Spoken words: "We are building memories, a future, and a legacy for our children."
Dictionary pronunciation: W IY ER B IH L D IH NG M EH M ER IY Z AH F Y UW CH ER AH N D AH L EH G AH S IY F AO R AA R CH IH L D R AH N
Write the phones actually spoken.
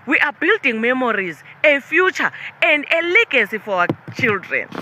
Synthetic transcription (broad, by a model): W IY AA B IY L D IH NG M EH M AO IY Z AH F Y UW CH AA AH N D AH L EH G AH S IY F AO W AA CH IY L D R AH N